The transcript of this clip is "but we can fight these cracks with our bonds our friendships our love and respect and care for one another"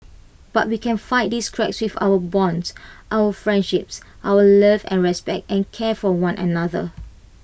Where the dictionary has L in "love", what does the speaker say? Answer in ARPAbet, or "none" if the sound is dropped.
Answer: L